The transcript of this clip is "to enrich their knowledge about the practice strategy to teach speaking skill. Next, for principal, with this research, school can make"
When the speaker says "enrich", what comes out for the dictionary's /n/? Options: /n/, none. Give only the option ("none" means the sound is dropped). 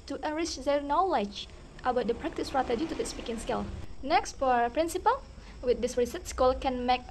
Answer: none